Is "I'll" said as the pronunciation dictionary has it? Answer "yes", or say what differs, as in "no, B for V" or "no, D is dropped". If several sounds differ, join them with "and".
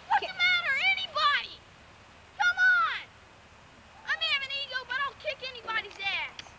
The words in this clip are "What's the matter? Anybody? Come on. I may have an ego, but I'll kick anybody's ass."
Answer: no, N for L